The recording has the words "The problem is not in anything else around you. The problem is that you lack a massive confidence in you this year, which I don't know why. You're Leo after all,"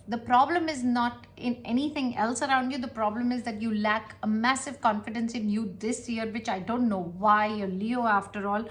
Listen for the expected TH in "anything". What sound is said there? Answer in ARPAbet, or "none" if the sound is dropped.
T